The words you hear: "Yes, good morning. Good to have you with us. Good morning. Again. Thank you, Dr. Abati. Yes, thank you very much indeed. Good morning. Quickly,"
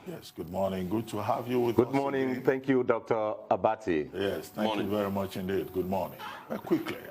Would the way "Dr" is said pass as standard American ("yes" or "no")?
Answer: yes